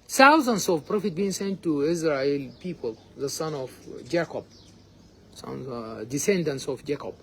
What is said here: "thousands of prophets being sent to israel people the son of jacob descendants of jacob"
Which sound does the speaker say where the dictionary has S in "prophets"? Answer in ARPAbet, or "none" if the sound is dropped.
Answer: none